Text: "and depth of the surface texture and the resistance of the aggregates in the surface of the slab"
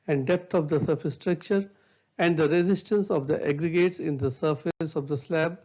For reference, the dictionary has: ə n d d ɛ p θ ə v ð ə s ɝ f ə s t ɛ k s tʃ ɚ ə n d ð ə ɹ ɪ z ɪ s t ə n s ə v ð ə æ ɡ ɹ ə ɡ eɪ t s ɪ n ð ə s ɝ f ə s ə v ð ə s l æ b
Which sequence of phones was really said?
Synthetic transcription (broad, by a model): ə n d d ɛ p t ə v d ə s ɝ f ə s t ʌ k tʃ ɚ ə n d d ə ɹ ɪ z ɪ s t ə n s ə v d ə æ ɡ ɹ ə ɡ eɪ t s ɪ n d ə s ɝ f ə s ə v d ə s l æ b